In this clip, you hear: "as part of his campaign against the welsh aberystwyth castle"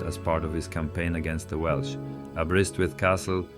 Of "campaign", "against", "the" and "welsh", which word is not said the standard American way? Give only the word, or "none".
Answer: none